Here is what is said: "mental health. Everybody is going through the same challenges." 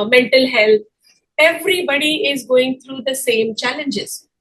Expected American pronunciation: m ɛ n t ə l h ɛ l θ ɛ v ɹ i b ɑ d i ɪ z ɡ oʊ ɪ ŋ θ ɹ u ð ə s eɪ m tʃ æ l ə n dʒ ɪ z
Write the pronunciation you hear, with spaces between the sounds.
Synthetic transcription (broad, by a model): m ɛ n t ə l h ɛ l t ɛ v ɹ i b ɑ d i ɪ z ɡ oʊ ɪ ŋ t ɹ u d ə s eɪ m tʃ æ l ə n dʒ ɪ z